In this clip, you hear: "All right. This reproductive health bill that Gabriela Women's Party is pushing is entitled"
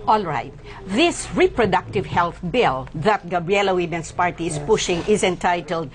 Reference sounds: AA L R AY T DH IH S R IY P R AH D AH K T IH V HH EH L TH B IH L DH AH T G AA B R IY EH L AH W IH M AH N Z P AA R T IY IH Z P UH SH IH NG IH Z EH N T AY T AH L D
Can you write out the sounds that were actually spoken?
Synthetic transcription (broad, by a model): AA L R AY T DH IH S R IY P R AH D AH K T IH V HH EH L TH B IH L DH AH T G AA B R IY EH L AH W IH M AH N S P AA R T IY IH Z P UH SH IH NG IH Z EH N T AY T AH L D